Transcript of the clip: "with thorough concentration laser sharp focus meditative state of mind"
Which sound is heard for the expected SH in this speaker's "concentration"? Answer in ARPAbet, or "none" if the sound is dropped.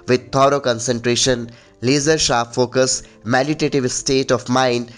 SH